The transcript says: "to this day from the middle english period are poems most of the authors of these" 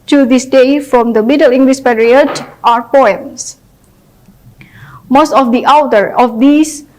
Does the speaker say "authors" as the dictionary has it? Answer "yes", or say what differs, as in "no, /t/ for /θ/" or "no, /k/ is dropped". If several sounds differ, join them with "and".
no, /t/ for /θ/ and /z/ is dropped